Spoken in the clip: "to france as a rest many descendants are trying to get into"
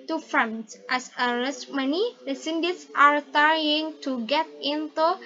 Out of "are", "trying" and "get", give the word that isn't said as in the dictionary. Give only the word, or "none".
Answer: trying